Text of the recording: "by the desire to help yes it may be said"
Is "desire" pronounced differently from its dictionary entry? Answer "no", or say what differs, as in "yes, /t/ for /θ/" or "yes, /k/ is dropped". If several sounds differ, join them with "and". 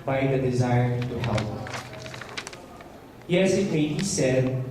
no